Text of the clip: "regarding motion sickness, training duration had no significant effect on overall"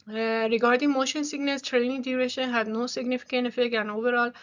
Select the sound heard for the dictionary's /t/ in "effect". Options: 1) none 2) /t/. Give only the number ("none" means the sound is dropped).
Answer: 1